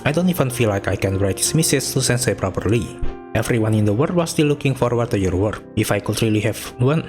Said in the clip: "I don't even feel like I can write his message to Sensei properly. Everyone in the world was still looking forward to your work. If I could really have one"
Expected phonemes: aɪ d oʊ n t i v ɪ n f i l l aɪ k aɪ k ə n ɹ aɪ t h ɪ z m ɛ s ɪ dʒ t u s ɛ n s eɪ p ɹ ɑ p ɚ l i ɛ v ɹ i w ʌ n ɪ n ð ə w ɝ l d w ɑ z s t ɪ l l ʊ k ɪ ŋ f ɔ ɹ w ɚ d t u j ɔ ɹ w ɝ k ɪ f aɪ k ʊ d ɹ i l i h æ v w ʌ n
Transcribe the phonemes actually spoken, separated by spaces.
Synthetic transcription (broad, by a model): aɪ d oʊ n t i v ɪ n f i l l aɪ k aɪ k ə n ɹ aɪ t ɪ s m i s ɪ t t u s ɛ n s eɪ p ɹ ɑ p ɚ l i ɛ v ɹ i w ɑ n ɪ n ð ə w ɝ d w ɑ s t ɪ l l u k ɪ ŋ f ɔ ɹ w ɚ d t u j ɔ ɹ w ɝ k ɪ f aɪ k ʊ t ɹ i l i h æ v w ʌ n